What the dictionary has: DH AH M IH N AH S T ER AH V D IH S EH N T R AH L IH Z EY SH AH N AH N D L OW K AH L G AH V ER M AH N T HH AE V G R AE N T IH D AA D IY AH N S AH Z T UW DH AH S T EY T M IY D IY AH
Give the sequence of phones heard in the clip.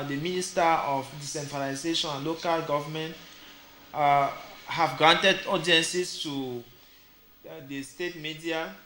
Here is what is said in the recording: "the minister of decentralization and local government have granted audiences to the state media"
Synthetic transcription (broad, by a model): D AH M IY N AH S T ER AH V D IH S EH N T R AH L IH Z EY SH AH N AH N L OW K AH L G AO V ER M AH N T HH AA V G R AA N T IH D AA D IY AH N S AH S T UW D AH S T EY T M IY D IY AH